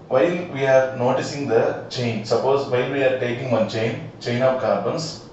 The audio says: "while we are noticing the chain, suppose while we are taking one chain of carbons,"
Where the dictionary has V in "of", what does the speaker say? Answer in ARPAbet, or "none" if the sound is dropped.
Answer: P